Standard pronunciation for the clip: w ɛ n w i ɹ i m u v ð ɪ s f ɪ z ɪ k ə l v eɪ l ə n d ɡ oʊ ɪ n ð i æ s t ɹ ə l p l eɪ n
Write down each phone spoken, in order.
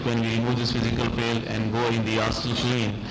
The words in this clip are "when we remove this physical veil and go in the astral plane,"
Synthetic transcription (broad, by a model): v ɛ n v i ɹ i m u v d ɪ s f ɪ z ɪ k ə l p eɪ l ə n d ɡ oʊ ɪ n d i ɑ s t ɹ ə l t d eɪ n